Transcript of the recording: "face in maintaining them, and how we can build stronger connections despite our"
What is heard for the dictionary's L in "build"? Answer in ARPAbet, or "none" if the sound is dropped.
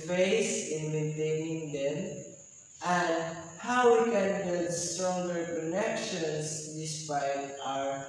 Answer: none